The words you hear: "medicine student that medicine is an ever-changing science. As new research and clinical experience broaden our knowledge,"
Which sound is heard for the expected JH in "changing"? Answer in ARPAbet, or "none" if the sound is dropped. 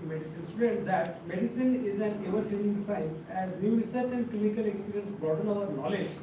none